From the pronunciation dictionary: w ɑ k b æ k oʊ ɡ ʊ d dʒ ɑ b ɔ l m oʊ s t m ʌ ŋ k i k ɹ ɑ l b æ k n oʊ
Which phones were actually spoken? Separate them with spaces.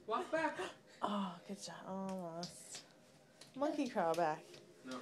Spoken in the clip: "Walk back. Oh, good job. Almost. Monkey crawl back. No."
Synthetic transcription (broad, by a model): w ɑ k b æ k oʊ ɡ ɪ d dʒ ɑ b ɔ m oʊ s m ʌ ŋ k i k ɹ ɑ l b æ k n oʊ